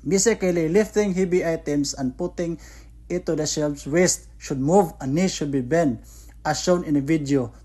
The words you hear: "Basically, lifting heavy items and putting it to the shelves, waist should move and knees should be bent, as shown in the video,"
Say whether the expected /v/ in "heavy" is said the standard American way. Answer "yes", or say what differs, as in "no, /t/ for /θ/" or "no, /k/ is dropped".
no, /b/ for /v/